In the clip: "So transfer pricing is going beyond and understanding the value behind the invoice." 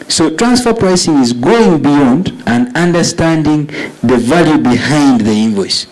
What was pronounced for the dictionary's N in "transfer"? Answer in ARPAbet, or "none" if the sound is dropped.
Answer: N